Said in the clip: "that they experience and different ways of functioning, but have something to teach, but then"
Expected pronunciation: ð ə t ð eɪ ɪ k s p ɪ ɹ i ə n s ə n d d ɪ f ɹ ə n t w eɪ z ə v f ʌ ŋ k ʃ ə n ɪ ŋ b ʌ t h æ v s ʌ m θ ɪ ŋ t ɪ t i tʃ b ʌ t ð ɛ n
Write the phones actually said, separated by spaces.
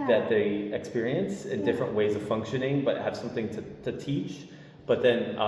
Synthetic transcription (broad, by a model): ð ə t ð eɪ ɪ k s p ɪ ɹ i ə n s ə n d d ɪ f ɹ ə n t w eɪ z ə v f ʌ ŋ k ʃ ə n ɪ ŋ b ʌ t h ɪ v s ʌ m θ ɪ ŋ t ɪ t i tʃ b ʌ t ð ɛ n